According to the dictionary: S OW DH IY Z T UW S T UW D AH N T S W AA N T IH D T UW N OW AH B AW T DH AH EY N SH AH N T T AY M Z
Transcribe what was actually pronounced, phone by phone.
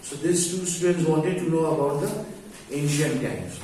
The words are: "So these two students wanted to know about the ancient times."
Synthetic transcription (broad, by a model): S OW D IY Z T UW S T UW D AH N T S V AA N T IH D T UW N OW AH B AW T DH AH EY N SH AH N T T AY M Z